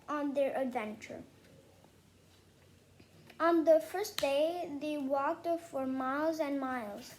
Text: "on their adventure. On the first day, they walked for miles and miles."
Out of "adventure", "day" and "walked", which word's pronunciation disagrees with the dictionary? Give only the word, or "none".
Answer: none